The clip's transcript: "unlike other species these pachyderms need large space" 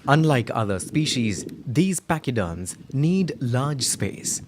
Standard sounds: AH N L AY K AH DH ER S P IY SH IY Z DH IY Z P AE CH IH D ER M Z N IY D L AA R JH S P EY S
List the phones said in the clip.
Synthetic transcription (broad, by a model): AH N L AY K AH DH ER S P IY SH IY Z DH IY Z P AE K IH D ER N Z N IY D L AA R JH S P EY S